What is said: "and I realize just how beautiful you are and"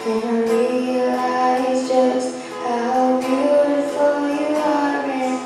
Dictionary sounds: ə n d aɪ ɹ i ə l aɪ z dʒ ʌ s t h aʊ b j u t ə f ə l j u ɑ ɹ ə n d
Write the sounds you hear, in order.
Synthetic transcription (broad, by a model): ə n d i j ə aɪ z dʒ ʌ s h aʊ b j u t ə f ə l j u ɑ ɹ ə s